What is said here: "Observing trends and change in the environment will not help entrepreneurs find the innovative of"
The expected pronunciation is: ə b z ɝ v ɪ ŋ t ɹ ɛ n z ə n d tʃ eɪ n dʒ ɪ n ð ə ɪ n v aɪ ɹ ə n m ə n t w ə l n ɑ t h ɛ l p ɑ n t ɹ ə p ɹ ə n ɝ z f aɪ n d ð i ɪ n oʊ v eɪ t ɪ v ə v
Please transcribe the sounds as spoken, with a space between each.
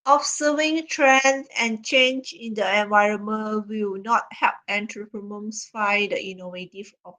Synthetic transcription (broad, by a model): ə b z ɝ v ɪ ŋ t ɹ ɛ n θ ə n tʃ eɪ n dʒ ɪ n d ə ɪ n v aɪ ɹ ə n m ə n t w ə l n ɑ t h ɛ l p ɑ n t ɹ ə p ɹ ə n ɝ s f aɪ d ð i n oʊ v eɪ t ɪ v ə